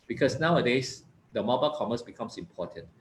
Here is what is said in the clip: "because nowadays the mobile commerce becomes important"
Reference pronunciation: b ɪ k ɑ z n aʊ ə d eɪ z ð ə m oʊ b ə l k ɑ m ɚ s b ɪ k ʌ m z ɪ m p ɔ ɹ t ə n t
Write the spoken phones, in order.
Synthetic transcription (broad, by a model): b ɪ k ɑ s n aʊ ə d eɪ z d ə m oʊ b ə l k ɑ m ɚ s b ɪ k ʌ m s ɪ m p ɔ t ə n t